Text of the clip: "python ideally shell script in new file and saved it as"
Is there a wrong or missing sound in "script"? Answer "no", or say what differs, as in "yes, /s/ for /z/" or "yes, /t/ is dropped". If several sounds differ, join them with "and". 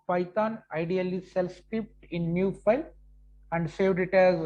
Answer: yes, /ɹ/ is dropped